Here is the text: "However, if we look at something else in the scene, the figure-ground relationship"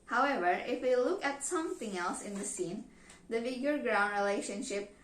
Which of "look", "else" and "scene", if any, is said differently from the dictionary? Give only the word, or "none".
none